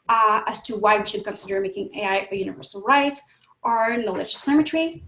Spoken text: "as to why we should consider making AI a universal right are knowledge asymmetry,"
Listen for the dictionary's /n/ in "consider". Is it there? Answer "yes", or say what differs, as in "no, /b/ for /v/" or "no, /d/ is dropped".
yes